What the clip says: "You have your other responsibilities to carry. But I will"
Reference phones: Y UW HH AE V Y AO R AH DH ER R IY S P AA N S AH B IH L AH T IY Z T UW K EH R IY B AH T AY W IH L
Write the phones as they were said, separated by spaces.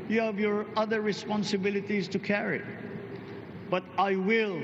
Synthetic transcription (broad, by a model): Y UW HH AE V Y AO R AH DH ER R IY S P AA N S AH B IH L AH T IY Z T UW K EH R IY B AH T AY W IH L